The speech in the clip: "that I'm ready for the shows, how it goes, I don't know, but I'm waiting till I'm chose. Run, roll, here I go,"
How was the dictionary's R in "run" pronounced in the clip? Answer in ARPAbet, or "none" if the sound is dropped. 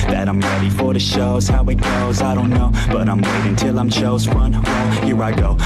W